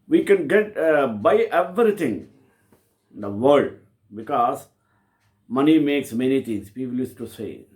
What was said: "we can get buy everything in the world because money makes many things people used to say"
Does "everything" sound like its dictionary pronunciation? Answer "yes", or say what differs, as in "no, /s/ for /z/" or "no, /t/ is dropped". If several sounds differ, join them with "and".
no, /t/ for /θ/